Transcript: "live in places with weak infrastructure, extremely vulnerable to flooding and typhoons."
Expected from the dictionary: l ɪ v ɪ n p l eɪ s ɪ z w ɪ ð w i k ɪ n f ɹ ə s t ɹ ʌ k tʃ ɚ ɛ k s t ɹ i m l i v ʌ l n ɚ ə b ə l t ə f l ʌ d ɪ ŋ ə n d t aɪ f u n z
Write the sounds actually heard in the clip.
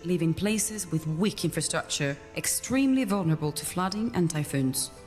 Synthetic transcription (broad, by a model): l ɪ v ɪ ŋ p l eɪ s ɪ z w ɪ ð w i k ɪ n f ɹ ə s t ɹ ʌ k tʃ ɚ ɛ k s t ɹ i m l i v ʌ l n ɚ ə b ə l t ə f l ʌ d ɪ ŋ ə n t aɪ f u n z